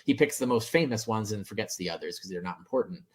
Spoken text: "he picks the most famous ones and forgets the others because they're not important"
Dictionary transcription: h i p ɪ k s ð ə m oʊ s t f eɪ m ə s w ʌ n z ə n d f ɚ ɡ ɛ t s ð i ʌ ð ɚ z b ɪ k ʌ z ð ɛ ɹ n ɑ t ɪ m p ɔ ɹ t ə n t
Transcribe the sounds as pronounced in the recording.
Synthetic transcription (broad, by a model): h i p ɪ k s ð ə m oʊ s t f eɪ m ə s w ʌ n z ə n f ɚ ɡ ɛ t s ð i ʌ ð ɚ z k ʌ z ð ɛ ɹ n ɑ t m p ɔ ɹ t n t